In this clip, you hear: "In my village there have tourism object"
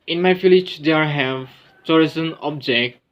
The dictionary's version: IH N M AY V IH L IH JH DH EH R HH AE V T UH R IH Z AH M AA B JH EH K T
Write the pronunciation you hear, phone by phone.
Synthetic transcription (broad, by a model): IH N M AY F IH L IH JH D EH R HH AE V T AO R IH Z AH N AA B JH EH K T